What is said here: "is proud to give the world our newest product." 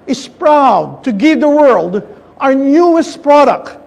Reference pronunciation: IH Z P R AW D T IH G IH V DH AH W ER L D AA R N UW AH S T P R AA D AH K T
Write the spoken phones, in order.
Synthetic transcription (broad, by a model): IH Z P R AW D T IH G IH V DH AH W ER L D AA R N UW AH S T P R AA D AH K T